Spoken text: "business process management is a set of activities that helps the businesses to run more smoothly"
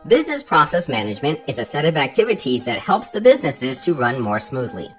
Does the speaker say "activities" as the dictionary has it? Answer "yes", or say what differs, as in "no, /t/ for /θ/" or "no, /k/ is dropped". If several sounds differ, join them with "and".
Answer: yes